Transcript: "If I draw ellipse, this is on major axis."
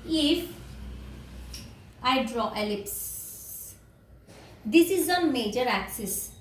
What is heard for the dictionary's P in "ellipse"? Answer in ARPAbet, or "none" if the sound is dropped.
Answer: P